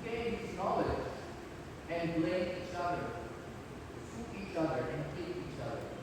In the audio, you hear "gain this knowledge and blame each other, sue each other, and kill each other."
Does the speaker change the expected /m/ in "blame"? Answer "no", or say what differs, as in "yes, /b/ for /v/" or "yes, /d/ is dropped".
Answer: yes, /m/ is dropped